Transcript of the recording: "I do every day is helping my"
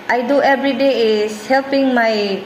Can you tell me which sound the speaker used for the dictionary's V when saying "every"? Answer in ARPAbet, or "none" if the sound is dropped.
B